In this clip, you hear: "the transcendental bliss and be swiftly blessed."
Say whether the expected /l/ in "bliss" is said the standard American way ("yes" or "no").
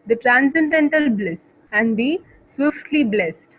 yes